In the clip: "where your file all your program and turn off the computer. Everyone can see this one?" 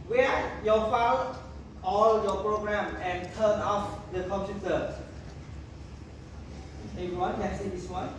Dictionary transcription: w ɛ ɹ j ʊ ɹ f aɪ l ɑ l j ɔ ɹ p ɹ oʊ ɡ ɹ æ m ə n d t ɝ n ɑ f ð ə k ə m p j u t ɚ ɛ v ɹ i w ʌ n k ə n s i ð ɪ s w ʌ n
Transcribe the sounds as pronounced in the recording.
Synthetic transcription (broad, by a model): w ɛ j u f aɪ w ɑ l j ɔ p ɹ oʊ ɡ ɹ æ m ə n t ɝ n ɑ f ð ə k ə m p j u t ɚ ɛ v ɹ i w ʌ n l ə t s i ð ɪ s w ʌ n